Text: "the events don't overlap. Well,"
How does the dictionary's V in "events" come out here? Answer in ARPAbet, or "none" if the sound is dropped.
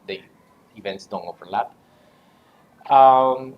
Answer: V